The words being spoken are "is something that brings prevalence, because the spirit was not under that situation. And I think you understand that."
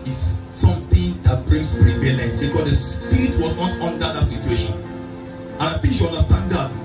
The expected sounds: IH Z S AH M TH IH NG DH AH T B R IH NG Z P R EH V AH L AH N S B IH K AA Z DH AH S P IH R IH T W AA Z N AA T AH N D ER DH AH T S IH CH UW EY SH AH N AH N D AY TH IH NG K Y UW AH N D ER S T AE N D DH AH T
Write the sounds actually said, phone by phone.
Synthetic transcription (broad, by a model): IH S S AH M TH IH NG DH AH T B R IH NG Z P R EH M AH N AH S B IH K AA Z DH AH S P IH R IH T W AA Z N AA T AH N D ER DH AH T S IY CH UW EY SH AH N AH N AY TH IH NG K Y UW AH N D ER S T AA N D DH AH T